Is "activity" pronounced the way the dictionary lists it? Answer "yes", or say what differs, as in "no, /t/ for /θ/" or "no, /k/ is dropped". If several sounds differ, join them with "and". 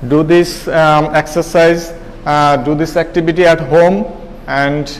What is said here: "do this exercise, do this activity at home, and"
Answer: no, /b/ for /v/